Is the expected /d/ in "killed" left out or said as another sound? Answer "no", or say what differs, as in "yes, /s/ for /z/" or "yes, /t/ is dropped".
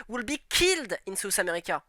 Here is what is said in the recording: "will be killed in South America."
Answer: no